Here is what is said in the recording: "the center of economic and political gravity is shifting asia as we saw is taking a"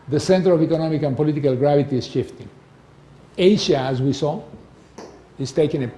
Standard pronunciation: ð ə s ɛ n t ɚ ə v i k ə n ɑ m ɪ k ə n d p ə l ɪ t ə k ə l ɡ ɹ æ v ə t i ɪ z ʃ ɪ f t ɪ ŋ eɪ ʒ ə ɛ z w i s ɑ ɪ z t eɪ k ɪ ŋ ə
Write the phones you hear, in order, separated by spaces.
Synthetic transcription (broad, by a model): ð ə s ɛ n t ɚ ə v i k ə n ɑ m ɪ k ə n p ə l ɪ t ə k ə l ɡ ɹ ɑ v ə t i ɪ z ʃ ɪ f t ɪ ŋ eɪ ʃ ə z w i s ɑ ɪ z t eɪ k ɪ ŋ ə